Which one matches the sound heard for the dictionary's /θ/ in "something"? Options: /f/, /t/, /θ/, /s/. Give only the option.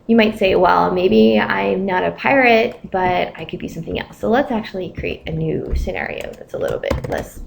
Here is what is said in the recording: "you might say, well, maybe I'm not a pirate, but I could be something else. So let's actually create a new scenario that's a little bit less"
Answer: /θ/